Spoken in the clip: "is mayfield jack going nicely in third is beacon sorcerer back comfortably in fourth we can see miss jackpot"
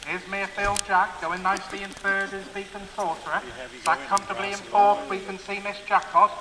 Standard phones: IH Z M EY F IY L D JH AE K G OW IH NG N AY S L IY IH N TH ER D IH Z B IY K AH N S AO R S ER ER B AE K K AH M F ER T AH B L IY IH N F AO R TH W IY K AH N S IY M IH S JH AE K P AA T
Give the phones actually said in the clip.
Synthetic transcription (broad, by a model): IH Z M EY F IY L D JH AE K G OW IH NG N AY S L IY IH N F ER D IH Z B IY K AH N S AO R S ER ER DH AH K K AH M F T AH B L IY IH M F AO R T W IY K AH N S IY M IH S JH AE K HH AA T